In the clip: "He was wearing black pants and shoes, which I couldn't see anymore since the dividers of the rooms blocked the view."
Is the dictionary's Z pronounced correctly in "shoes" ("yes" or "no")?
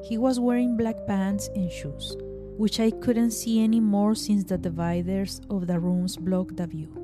no